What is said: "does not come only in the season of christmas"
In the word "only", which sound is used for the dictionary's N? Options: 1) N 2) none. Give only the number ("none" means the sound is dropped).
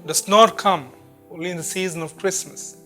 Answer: 2